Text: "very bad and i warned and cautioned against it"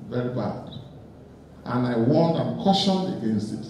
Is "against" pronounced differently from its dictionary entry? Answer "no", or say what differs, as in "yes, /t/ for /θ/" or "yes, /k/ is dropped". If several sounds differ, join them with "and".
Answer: no